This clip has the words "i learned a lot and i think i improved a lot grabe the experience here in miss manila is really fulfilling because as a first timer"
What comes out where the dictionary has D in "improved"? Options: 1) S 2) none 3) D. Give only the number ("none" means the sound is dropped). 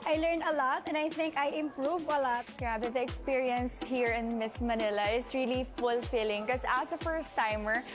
2